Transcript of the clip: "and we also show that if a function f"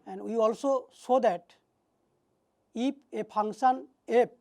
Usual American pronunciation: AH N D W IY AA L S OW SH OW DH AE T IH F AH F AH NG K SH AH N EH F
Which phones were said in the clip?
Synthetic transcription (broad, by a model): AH N D W IY AA L S OW S OW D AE T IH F AH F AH NG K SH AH N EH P